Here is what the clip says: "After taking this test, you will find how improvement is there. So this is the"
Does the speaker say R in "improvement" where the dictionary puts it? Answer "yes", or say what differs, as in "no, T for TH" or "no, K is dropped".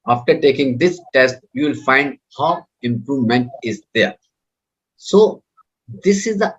yes